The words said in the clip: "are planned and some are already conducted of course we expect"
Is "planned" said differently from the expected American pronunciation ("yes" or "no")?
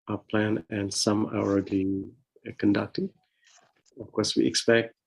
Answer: yes